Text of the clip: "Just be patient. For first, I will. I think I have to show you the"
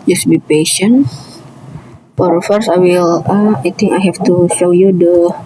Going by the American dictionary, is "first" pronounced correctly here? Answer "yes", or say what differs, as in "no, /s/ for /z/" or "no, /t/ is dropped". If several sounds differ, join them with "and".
no, /t/ is dropped